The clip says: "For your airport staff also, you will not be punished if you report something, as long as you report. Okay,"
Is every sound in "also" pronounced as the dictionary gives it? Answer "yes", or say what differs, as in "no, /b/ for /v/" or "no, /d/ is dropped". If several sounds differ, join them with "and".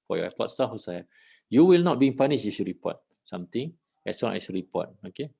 no, /l/ is dropped